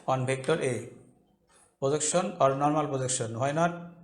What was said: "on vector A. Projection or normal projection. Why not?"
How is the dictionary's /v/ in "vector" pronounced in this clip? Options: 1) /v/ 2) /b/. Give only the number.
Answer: 2